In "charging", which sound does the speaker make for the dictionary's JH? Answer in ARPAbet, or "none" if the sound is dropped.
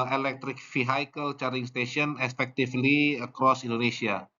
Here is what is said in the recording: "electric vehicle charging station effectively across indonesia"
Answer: none